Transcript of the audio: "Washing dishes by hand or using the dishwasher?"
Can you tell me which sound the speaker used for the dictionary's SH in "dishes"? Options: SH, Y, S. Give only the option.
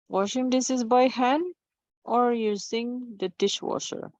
S